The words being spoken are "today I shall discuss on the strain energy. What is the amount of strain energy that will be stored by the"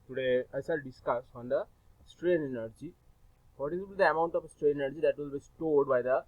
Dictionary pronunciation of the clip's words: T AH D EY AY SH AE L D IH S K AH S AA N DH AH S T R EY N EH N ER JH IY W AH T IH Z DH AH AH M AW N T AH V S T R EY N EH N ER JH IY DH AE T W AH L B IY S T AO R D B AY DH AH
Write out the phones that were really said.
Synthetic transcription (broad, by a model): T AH D EY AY S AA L D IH S K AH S AA N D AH S T R EY N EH N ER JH IY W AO T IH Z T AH AH M AW N T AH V S T R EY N EH N ER JH IY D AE T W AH L B IY S T AO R D B AY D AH